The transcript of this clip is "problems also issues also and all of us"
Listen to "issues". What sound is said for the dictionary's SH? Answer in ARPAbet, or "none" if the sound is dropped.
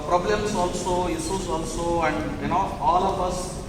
S